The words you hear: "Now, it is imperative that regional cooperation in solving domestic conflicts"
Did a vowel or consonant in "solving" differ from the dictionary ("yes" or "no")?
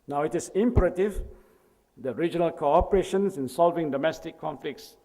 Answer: no